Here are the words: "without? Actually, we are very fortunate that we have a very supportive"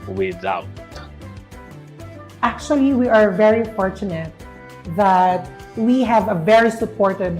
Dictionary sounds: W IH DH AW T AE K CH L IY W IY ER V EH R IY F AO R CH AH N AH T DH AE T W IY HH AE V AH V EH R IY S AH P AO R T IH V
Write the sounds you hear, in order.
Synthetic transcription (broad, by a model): W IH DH AW T AE K CH L IY W IY ER V EH R IY F AO R CH AH N AH T DH AE T W IY HH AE V AH V EH R IY S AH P AO R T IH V